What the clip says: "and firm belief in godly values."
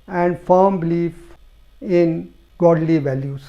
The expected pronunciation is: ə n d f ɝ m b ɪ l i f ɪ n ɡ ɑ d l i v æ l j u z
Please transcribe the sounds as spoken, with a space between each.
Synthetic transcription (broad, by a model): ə n d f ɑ m b ɪ l i f ɪ n ɡ ɑ d l i v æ l j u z